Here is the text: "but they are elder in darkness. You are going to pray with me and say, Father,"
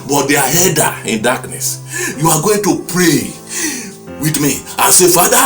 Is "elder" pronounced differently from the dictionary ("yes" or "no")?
yes